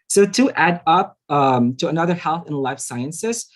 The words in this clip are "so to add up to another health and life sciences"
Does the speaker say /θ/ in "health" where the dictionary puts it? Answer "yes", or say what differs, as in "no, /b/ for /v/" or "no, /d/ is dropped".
yes